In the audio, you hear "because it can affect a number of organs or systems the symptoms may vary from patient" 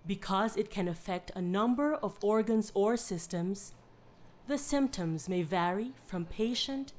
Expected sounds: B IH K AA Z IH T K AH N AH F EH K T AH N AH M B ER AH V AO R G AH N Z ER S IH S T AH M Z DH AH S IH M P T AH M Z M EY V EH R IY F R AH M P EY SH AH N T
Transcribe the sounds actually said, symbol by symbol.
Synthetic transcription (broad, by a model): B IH K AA Z IH T K AH N AH F EH K T AH N AH M B ER AH V AO R G AH N Z ER S IH S T AH M Z DH AH S IH M P T AH M Z M EY V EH R IY F R AH M P EY SH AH N T